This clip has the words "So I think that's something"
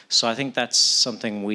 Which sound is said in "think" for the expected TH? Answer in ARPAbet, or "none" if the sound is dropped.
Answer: TH